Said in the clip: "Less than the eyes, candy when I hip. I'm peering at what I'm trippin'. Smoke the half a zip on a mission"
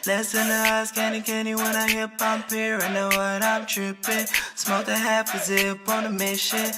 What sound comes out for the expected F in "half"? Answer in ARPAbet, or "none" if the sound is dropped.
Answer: P